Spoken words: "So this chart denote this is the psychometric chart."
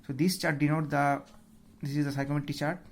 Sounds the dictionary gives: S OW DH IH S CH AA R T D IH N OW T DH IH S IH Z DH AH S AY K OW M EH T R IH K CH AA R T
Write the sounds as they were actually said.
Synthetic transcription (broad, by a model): S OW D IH S CH AA R T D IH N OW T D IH S IH Z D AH S AY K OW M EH T IH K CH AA R T